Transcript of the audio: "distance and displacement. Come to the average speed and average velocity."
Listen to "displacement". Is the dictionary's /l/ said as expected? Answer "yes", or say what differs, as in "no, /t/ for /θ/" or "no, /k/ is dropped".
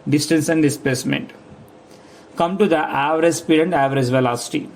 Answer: no, /l/ is dropped